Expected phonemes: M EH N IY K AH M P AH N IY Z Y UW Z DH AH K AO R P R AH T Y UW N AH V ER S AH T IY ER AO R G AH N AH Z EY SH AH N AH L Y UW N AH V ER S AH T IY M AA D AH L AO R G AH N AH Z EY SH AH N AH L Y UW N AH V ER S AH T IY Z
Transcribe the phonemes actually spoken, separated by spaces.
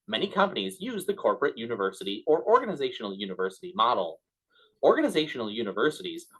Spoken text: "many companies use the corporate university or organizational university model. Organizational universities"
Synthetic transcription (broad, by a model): M EH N IY K AH M P AH N IY Z Y UW Z DH AH K AO R P R AH T Y UW N AH V ER S AH T IY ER AO R G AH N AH Z EY SH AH N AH L Y UW N AH V ER S AH T IY M AA D L AO R G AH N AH Z EY SH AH N L Y UW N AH V ER S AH T IY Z